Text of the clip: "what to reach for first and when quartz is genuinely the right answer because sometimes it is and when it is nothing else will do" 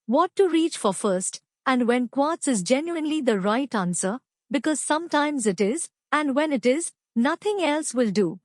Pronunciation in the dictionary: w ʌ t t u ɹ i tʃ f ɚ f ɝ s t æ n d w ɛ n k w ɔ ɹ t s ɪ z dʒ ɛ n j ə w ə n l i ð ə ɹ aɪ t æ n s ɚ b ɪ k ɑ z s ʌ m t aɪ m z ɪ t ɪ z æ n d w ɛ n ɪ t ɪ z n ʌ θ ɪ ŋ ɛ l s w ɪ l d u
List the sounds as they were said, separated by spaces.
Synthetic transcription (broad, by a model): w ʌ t t u ɹ i tʃ f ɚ f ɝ s t æ n d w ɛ n k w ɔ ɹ t s ɪ z dʒ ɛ n j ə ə n l i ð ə ɹ aɪ t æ n s ɚ b ɪ k ɑ z s ʌ m t aɪ m z ɪ t ɪ z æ n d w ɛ n ɪ t ɪ z n ʌ t ɪ ŋ ɛ l s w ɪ l d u